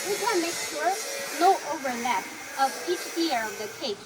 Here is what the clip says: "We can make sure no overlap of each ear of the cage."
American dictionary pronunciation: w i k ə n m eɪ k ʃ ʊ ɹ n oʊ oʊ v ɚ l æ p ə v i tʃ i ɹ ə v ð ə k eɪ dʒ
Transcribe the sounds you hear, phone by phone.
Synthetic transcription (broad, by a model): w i k ə n m eɪ k ʃ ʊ ɹ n oʊ oʊ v ɚ n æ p ə v i tʃ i ɹ ə v ð ə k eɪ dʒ